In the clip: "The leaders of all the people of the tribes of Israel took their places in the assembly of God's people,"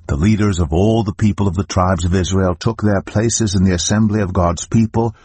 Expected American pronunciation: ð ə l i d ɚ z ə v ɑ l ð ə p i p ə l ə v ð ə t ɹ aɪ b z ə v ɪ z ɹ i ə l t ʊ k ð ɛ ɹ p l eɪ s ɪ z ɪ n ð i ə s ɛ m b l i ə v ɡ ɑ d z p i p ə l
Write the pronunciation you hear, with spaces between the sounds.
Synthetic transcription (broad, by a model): ð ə l i d ɚ z ə v ɑ l ð ə p i p ə l ə v ð ə t ɹ aɪ b z ə v ɪ z ɹ i ə l t ʊ k ð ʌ ɹ p l eɪ s ɪ z ɪ n ð i ə s ɛ m b l i ə v ɡ ɑ d z p i p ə l